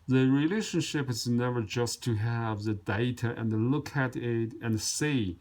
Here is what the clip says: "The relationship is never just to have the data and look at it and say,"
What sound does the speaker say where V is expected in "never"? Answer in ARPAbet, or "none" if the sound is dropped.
V